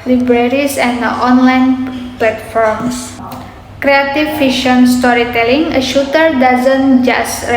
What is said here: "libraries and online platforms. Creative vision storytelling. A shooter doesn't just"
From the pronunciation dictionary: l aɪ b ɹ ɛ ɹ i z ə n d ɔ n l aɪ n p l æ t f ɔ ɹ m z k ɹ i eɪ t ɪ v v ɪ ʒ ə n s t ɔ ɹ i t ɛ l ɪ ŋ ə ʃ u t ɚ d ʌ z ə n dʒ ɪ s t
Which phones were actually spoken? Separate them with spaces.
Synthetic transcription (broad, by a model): l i b ɹ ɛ ɹ i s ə n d ɔ n l aɪ n p l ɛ t f ɔ ɹ m s k ɹ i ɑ t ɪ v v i ʃ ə n s t ɔ ɹ i t ɛ l ɪ ŋ ə ʃ u t ɚ d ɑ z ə n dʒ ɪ s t